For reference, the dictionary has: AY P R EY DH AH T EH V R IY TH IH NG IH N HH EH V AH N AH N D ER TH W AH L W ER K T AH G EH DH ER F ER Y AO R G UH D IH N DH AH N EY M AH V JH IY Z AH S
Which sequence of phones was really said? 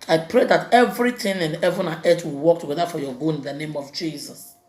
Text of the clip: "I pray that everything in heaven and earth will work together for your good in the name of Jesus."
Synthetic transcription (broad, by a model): AY P R EY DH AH T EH V R IY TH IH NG IH N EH V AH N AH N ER T W AH L W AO K T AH G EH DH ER F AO Y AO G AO IH N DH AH N EY M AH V JH IY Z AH S